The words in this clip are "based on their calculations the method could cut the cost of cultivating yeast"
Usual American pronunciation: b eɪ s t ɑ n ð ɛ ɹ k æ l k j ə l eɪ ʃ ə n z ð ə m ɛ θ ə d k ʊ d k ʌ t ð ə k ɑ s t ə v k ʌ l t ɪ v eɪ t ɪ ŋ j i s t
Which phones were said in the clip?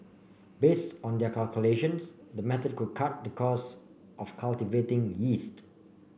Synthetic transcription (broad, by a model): b eɪ s t ɑ n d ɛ k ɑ l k j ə l eɪ ʃ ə n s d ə m ɛ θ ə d k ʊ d k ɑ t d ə k ɑ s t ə f k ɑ l t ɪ v eɪ t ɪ ŋ j i s t